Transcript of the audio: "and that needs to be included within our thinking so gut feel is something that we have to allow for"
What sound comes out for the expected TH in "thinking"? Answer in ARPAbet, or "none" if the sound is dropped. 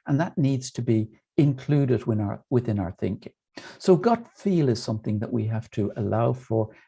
TH